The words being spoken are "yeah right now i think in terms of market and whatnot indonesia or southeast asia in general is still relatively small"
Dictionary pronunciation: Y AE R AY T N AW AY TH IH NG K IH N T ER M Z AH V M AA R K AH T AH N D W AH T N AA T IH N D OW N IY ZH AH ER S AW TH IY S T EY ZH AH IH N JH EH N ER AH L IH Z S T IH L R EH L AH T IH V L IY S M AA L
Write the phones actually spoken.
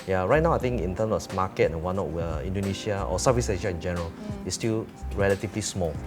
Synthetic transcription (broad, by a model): Y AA R AY T N AW AY T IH NG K IH N T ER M S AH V M AA K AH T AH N W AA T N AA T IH N D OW N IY SH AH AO S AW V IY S EY SH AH IH N JH EH N ER AH L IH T S T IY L R EH L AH T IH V L IY S M AA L